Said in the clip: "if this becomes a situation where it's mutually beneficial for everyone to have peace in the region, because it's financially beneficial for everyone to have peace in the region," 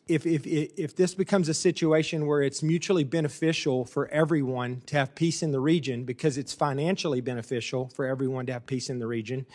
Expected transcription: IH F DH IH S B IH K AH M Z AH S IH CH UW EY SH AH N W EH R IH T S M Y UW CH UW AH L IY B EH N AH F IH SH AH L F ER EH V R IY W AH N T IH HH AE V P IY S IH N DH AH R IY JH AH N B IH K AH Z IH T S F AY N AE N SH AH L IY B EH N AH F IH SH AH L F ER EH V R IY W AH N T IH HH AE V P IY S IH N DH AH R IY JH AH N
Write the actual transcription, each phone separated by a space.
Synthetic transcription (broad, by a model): IH F DH IH S B IH K AH M Z AH S IH CH UW EY SH AH N W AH R IH T S M Y UW CH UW L IY B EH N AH F IH SH L F ER EH V R IY W AH N T IH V P IY S IH N DH AH R IY JH AH N B IH K AH Z IH T S F AY N AE N SH L IY B EH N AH F IH SH L F ER EH V R IY W AH N T IH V P IY S IH N DH AH R IY JH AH N